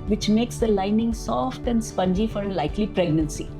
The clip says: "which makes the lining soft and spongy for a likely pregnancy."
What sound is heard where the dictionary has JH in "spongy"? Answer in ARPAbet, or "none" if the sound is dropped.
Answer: JH